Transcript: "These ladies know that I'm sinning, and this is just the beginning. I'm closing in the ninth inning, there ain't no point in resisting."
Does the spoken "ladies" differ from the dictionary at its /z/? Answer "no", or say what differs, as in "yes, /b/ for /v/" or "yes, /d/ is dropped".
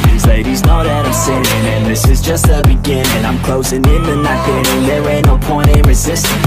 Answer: no